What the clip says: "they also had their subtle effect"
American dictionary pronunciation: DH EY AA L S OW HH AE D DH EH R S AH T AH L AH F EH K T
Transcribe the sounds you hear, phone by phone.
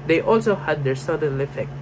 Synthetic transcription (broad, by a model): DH EY AA L S OW HH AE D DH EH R S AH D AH N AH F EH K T